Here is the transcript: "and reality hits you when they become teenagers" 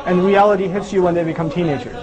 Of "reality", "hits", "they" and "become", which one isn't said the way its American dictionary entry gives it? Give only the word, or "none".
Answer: none